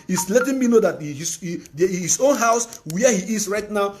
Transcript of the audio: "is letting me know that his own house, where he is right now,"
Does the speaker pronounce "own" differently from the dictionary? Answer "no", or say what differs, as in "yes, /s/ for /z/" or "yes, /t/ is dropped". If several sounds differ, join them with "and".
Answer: no